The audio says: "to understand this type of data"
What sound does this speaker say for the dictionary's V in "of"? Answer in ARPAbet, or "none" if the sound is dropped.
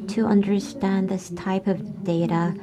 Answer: V